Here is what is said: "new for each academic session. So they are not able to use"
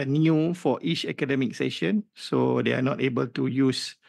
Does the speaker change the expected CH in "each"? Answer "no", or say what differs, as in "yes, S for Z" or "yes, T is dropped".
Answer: no